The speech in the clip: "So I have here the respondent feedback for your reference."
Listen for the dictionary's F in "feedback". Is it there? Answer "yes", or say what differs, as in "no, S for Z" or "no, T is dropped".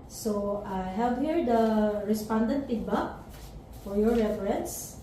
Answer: no, P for F